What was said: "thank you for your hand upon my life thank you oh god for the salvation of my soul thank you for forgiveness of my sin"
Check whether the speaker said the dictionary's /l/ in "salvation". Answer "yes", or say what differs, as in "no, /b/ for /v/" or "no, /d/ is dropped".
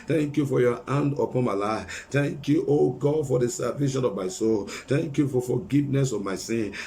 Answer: no, /l/ is dropped